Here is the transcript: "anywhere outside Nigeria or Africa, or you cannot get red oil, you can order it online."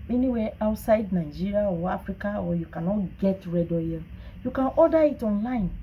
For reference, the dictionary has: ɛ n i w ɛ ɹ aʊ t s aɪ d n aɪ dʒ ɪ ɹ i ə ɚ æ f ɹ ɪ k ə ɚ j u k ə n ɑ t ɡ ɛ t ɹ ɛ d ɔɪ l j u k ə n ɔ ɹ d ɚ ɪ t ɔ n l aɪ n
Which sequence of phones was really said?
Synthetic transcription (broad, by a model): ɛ n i w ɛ aʊ t s aɪ d n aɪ dʒ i ɹ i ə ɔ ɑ f ɹ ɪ k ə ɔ j u k ə n ɑ t ɡ ɛ t ɹ ɛ d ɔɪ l j u k ə n ɔ d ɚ ɪ t ɔ n l aɪ n